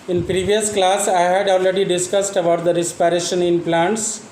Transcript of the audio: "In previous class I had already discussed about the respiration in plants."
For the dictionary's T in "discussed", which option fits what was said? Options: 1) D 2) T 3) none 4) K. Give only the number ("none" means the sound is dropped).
2